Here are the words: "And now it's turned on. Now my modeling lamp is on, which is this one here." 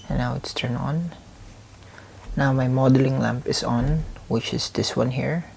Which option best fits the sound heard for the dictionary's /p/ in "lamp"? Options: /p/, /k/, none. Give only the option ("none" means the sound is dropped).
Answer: /p/